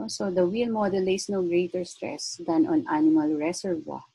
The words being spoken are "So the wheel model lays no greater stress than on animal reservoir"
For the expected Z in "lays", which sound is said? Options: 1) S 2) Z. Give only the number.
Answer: 1